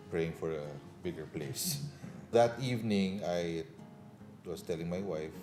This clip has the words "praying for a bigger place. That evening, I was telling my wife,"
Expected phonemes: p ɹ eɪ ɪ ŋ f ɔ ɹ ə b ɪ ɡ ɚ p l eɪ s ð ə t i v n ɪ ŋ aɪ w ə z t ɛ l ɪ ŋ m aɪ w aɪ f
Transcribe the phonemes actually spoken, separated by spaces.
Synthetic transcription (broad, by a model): p ɹ eɪ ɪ ŋ f ɔ ɹ ə b ɪ ɡ ɚ p l eɪ s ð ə t i v n ɪ ŋ aɪ w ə s t ɛ l ɪ ŋ m aɪ w aɪ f